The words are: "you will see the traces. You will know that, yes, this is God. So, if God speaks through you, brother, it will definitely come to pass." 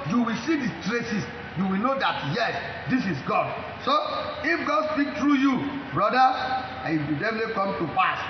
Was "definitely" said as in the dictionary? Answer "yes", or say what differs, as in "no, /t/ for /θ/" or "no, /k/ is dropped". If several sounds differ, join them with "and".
no, /n/ is dropped